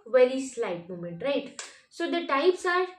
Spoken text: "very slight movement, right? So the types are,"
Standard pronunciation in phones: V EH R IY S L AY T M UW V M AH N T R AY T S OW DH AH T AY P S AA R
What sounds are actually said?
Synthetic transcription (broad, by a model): V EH R IY S L AY T M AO M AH N T R AY T S OW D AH T AY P S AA R